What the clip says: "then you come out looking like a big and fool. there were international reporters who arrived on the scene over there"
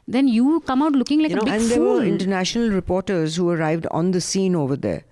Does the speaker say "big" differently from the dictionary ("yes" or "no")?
yes